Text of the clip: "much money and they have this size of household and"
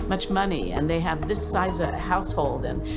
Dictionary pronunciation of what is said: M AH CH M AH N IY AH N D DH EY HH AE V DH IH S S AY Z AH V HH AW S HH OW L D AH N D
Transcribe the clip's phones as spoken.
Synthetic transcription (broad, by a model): M AH CH M AH N IY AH N DH EY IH V DH IH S S AY Z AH HH AW S HH OW L D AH N